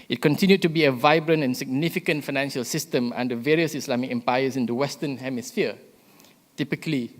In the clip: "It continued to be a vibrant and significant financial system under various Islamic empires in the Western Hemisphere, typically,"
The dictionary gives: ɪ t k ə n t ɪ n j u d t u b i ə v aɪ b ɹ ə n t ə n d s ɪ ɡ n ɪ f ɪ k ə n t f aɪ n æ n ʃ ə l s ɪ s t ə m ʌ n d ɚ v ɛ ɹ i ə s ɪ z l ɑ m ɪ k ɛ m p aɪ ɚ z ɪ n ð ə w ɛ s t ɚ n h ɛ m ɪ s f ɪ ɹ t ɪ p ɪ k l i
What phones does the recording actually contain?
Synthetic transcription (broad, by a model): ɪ t k ə n t ɪ n j u d t u b i ə v aɪ b ɹ ə n t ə n s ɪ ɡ n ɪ f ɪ k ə n t f aɪ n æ n ʃ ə l s ɪ s t ə m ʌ n d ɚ v ɛ ɹ i ə s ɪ s l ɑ m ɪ k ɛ m p aɪ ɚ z ɪ n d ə w ɛ s t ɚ n h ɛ m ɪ s f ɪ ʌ t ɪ p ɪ k l i